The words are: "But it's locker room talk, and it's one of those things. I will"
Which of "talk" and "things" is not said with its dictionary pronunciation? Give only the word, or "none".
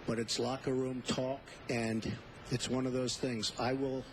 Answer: none